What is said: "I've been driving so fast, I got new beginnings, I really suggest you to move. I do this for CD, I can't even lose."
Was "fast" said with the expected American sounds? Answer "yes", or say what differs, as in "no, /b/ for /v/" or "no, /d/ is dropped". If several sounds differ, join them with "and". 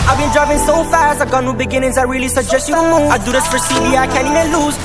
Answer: yes